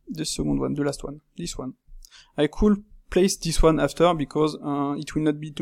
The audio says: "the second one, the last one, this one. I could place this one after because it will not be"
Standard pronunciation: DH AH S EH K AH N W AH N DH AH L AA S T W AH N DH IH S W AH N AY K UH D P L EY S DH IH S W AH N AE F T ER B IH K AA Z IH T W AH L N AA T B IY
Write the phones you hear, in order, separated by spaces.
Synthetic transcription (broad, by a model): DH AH S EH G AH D W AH N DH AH L AA S T W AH N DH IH S W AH N AY K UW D P L EY S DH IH S W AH N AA F T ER B IH K AA Z IH T W AH L N AA T B IY